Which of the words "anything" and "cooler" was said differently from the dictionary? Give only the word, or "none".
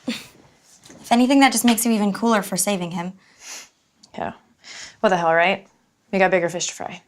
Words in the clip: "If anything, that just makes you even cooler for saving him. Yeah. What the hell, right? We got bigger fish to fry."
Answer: none